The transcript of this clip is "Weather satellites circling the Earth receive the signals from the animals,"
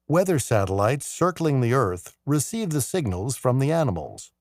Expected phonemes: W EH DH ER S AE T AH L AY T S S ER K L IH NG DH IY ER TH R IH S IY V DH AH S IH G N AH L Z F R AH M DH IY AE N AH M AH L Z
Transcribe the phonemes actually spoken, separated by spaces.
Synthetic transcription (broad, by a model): W EH DH ER S AE T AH L AY T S S ER K L IH NG DH IY ER TH R IH S IY V DH AH S IH G N AH L Z F R AH M DH IY AE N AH M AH L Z